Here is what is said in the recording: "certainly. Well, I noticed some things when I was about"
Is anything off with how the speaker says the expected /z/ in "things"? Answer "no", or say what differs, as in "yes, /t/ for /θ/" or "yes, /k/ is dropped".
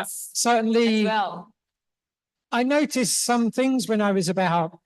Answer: no